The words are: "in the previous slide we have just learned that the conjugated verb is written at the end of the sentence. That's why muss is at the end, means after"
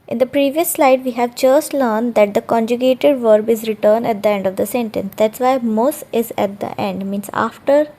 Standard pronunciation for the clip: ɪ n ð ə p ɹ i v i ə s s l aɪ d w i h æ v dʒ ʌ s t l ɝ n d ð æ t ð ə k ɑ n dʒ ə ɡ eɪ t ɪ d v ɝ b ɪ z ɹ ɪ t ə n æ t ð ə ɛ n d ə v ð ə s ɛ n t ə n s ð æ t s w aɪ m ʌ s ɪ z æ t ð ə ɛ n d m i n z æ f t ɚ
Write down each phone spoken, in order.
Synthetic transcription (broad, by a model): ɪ n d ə p ɹ i v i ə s s l aɪ d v i h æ v dʒ ʌ s t l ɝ n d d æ t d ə k ɑ n dʒ ə ɡ eɪ t ɪ d v ɝ b ɪ z ɹ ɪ t ə n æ t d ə ɛ n d ə v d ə s ɛ n t ə n s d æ t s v aɪ m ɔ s ɪ z æ t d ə ɛ n d m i n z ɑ f t ɚ